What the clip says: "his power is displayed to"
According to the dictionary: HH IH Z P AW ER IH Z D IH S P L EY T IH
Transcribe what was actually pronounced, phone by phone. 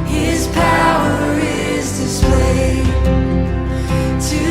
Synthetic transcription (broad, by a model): HH IH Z P AW ER IH Z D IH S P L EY T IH